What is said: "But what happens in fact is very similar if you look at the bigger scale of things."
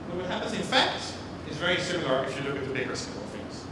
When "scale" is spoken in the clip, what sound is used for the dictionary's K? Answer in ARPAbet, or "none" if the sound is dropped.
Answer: none